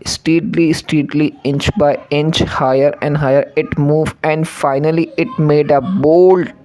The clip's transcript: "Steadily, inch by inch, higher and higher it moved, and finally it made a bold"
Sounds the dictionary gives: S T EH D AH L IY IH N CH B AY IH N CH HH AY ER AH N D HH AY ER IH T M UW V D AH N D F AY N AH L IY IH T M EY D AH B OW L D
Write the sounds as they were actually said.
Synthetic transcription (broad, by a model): S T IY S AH L IY IH N CH B AY IH N CH HH AY ER AH N D HH AY ER IH T M UW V AH N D F AY N AH L IY IH T M EY D AH B OW L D